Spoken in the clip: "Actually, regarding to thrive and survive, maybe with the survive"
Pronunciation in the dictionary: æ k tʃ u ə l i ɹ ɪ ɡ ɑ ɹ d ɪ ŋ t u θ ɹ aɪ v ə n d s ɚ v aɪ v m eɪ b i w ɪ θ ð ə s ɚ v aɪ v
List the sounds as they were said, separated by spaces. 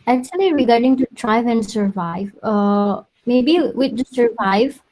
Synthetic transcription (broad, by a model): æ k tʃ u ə l i ɹ ɪ ɡ ɑ ɹ d ɪ ŋ t u t ɹ aɪ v ə n d s ɚ v aɪ v m eɪ b i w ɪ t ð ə s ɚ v aɪ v